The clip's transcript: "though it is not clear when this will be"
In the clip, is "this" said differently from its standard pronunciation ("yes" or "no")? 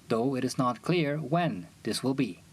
no